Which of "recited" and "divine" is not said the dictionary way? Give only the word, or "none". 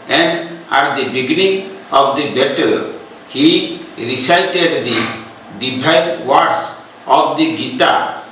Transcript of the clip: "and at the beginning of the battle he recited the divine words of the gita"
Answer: divine